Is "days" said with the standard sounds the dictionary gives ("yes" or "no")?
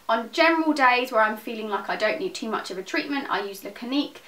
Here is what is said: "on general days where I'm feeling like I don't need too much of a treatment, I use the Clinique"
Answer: yes